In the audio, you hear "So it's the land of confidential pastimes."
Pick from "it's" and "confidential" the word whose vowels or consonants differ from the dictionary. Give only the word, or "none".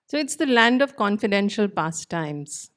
none